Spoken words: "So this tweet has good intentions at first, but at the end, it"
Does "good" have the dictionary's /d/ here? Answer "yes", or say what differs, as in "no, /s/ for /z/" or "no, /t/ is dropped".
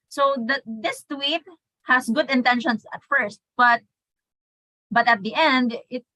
yes